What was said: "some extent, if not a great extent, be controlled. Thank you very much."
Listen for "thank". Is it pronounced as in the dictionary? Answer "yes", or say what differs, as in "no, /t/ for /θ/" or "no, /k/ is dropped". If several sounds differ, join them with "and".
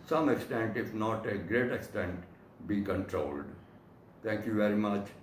no, /t/ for /θ/